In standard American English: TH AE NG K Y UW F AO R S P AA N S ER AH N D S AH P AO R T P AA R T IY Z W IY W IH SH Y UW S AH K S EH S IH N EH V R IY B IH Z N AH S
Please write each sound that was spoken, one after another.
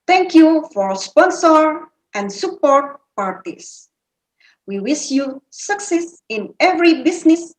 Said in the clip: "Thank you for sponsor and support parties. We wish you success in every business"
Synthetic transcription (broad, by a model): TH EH NG K Y UW F AO R S P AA N S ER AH N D S AH P AO R T P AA R T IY S W IY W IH S Y UW S AH K S EH S IH N EH V R IY B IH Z N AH S